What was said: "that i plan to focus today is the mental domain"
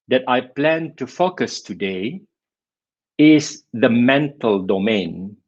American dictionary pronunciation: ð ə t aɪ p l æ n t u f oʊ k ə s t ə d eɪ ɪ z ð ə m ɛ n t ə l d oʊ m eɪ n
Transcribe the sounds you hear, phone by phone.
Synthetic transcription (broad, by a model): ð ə t aɪ p l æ n t u f oʊ k ə s t ə d eɪ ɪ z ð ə m ɛ n t ə l d oʊ m eɪ n